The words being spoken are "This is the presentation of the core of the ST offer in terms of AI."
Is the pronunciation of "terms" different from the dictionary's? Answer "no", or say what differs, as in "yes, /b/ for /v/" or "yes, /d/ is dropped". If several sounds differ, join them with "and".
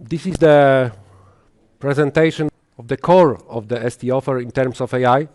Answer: yes, /s/ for /z/